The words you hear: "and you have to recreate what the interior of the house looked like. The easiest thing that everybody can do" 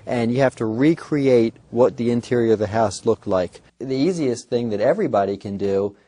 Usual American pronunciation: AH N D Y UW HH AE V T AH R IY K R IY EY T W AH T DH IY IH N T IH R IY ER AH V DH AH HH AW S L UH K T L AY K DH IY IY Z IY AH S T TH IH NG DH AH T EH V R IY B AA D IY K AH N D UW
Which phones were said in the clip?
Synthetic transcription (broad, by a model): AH N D Y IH HH AE F T AH R IY K R IY EY T W AH T DH IY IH N T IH R IY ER AH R DH AH HH AW S L UH K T L AY K DH IY IY Z IY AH S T TH IH NG DH AH T EH V R IY B AA D IY K AH N D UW